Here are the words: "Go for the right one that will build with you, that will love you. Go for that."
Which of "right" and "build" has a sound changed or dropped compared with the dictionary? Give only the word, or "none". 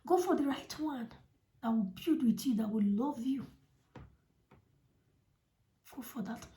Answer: build